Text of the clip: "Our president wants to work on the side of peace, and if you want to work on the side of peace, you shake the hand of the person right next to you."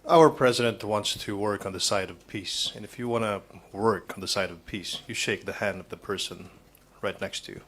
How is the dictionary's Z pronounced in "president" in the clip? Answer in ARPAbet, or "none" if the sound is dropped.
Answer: Z